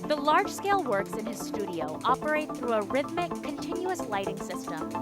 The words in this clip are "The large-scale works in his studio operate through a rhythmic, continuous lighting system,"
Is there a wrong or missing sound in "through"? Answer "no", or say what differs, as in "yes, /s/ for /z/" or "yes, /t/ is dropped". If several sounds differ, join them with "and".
no